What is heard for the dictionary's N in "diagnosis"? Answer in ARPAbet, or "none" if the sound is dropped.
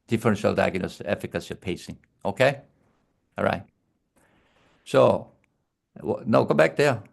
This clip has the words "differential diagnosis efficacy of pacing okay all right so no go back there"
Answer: none